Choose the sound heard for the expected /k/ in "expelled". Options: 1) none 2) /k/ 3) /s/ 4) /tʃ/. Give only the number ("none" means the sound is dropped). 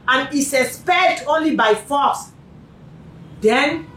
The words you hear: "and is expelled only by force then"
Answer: 1